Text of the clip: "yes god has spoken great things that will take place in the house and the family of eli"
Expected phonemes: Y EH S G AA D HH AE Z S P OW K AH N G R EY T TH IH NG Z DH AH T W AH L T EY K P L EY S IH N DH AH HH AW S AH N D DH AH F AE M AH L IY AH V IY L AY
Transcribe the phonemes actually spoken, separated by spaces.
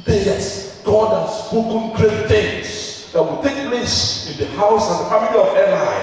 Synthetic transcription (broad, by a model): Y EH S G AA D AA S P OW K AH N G R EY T T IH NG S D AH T W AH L T EY K P L EY S IH N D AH HH AW S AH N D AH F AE M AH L IY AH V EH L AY